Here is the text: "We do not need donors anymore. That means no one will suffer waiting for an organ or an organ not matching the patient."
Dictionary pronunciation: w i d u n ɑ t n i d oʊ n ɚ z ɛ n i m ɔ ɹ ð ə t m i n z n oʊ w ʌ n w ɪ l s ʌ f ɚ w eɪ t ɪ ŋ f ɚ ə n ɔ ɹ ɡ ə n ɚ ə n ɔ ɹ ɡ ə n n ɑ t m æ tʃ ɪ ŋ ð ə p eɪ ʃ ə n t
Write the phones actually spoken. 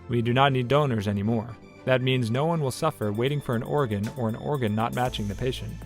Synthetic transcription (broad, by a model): w i d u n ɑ t n i d oʊ n ɚ z ɛ n i m ɔ ɹ ð ə t m i n z n oʊ w ʌ n w ɪ l s ʌ f ɚ w eɪ t ɪ ŋ f ɚ ə n ɔ ɹ ɡ ə n ɚ ə n ɔ ɹ ɡ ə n n ɑ t m æ tʃ ɪ ŋ ð ə p eɪ ʃ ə n t